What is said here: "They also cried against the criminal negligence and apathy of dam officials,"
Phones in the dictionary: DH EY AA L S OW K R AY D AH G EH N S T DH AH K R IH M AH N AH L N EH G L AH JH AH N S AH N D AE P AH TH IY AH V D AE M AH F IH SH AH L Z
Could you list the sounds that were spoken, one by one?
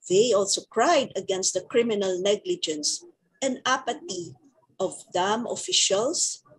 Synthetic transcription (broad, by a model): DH EY AA L S OW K R AY D AH G EH N S T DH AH K R IH M AH N AH L N EH G L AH JH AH N S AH N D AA P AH T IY AH V D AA M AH F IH SH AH L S